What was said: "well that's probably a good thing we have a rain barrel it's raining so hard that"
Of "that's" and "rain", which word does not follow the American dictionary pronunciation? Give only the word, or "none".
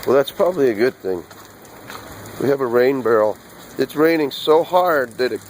none